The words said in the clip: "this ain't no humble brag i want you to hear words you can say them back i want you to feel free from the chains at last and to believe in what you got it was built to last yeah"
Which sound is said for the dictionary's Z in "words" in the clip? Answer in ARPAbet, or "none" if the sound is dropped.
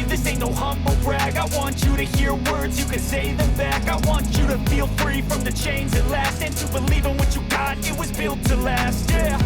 Z